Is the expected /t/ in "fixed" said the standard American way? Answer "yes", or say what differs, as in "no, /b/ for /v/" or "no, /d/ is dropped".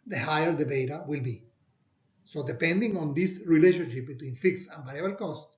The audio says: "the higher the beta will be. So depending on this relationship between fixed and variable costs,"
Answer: no, /t/ is dropped